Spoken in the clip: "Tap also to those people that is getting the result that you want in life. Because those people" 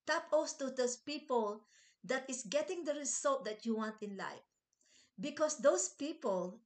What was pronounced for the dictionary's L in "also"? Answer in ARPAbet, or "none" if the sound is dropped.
none